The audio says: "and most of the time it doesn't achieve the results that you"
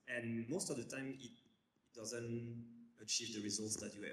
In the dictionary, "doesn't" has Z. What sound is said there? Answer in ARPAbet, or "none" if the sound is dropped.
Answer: Z